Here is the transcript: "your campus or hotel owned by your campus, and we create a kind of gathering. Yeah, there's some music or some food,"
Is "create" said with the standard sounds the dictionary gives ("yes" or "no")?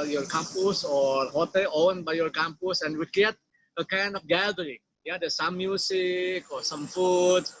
no